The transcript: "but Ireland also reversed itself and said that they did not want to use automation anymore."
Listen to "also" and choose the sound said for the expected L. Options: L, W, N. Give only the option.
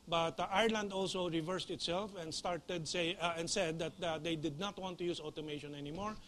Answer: L